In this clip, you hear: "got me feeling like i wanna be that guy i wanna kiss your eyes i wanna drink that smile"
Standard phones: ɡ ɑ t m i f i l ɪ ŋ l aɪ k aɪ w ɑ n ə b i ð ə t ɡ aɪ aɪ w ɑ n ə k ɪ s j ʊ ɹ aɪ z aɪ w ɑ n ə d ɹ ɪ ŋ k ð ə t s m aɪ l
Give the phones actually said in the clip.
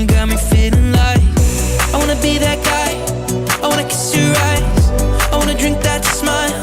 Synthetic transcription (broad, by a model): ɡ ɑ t m i f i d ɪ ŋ l aɪ aɪ w ɑ n ə b i ð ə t ɡ aɪ aɪ w ɑ n ə k ɪ s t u ɹ aɪ z aɪ w ɑ n ə d ɹ ɪ ŋ k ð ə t s m aɪ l